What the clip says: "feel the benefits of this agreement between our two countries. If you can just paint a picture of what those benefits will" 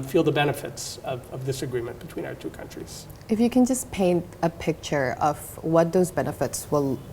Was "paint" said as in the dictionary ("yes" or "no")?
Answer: yes